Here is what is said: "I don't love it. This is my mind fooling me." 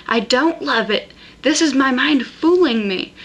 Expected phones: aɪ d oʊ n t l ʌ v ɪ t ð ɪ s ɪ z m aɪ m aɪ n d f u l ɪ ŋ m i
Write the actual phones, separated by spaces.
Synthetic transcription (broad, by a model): aɪ d oʊ n t l ʌ v ɪ t ð ɪ s ɪ z m aɪ m aɪ n d f u l ɪ ŋ m i